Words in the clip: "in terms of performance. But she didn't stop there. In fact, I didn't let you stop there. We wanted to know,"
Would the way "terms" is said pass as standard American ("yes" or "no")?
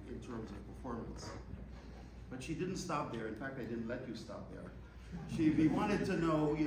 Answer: yes